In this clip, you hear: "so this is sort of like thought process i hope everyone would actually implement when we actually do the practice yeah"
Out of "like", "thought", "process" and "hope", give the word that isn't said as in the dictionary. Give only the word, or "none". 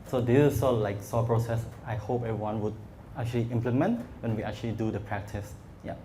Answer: thought